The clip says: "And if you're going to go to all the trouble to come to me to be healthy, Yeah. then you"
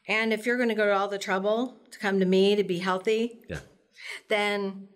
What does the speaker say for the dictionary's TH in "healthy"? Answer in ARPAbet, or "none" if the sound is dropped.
TH